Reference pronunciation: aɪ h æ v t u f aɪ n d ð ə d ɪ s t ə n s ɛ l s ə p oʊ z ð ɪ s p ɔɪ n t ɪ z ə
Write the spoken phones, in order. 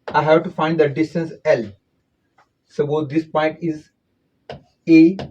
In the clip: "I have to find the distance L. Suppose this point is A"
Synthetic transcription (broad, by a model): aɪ h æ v t u f aɪ n d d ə d ɪ s t ə n s ɛ l s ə b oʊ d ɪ s p ɔɪ n t ɪ z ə